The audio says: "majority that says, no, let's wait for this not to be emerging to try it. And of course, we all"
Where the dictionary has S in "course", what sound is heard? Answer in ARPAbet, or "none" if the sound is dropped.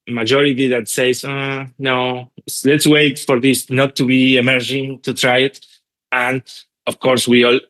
S